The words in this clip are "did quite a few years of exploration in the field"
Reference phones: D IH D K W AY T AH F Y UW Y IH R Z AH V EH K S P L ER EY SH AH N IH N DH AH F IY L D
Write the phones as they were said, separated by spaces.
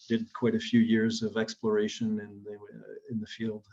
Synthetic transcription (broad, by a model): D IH D K W AY T AH F Y UW Y IH R Z AH V EH K S P L ER EY SH AH N IH N DH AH F IY L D